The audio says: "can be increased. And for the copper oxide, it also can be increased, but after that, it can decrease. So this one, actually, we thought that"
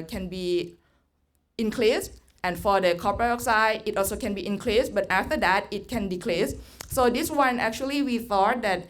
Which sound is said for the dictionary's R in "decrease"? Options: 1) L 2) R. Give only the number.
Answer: 1